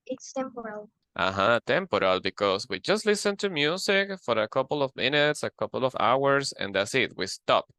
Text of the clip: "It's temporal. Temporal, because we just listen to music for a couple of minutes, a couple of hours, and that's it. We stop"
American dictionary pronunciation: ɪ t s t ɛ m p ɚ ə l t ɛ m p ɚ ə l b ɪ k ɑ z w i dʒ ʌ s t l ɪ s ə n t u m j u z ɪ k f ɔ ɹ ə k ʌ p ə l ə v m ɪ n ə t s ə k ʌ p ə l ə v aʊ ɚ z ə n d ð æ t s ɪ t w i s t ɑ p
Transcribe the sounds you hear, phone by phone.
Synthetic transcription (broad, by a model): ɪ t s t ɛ m p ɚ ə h t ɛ m p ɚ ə l b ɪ k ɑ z w i dʒ ʌ s t l ɪ s ə n t u m j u s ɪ k f ɔ ɹ ə k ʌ p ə l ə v m ɪ n ə t s ə k ʌ p ə l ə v aʊ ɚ s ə n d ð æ t s ɪ t w i s t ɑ p